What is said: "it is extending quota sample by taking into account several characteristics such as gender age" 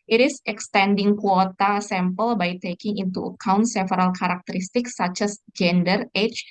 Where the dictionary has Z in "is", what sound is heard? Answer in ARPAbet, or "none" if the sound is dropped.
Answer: S